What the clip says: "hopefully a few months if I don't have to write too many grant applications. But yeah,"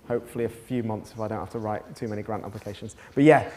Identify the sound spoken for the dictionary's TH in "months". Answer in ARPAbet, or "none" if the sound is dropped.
TH